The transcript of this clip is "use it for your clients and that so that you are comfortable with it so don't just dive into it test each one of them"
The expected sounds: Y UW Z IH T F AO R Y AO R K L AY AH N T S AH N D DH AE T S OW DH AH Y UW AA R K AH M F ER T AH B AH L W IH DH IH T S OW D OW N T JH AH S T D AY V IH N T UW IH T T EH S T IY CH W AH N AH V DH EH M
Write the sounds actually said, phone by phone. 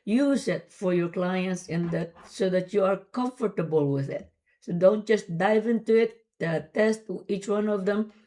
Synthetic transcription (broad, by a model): Y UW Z IH T F AO R Y AO R K L AY AH N T S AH N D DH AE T S OW DH AH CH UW AA R K AH M F ER T AH B AH L W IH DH IH T S OW D OW N T JH AH S T D AY V IH N T UW IH T T EH S T IY CH W AH N AH V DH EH M